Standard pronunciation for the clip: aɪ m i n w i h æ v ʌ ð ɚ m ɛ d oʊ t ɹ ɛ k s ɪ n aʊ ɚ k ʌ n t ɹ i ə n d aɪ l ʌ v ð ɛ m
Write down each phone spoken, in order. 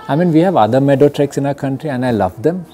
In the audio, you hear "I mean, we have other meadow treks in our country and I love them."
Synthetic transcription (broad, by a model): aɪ m i n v i h æ v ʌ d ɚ m ɛ d oʊ t ɹ ɛ k s ɪ n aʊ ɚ k ʌ n t ɹ i ə n d aɪ l ʌ v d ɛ m